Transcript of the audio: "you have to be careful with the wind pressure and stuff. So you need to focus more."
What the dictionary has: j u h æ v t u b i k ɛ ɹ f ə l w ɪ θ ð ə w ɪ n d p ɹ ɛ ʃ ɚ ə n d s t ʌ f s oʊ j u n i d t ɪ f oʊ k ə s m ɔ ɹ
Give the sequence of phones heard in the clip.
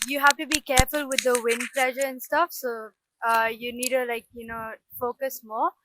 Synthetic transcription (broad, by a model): j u h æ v t u b i k ɛ ɹ f ə l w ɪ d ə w ɪ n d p l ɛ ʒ ɚ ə n s t ʌ f s oʊ j u n i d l ɪ f oʊ k ə s m ɔ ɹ